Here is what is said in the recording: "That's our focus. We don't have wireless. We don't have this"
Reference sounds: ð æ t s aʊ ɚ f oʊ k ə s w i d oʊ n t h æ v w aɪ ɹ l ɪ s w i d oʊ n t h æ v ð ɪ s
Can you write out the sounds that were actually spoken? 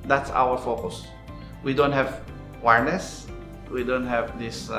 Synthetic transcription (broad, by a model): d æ t s aʊ ɚ f oʊ k ə s w i d oʊ n t h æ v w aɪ ɹ n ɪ s w i d oʊ n t h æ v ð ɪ s